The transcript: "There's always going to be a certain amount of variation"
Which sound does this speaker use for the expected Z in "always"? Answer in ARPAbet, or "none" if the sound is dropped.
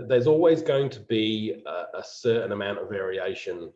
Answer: Z